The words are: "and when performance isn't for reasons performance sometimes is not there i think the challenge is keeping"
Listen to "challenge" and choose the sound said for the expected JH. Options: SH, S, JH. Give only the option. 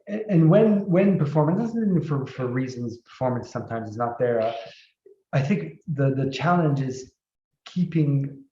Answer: JH